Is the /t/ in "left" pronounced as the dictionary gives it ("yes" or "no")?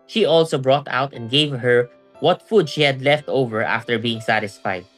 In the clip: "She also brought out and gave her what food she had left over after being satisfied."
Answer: yes